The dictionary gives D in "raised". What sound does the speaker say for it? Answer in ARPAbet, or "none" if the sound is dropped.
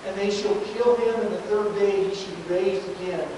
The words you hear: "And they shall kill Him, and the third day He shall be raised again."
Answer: none